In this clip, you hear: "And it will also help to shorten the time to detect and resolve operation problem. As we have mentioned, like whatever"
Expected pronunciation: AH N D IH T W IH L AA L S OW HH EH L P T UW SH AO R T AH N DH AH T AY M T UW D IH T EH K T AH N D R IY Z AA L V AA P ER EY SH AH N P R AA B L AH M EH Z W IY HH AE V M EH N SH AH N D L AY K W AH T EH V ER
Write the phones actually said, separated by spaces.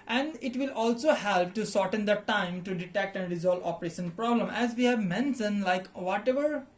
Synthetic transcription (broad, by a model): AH N D IH T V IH L AA L S OW HH EH L P T UW S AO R T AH N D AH T AY M T UW D IH T EH K T AH N D R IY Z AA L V AA P ER EY SH AH N P R AA B L AH M EH Z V IY HH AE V M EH N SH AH N L AY K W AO T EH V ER